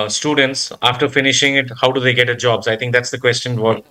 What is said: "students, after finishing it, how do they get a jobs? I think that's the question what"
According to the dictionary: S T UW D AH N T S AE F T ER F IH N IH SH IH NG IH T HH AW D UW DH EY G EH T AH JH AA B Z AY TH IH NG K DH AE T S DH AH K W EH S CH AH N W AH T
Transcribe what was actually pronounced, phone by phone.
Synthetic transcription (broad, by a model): S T UW D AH N T S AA F T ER F IH N IH SH IH NG IH T HH AW D UW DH EY G EH T AH JH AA B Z AY T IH NG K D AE T S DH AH K W EH S CH AH N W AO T